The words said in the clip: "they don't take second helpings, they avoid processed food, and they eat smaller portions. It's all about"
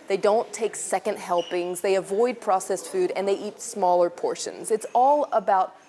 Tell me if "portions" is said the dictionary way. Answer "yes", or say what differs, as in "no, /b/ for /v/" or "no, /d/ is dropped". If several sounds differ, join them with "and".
yes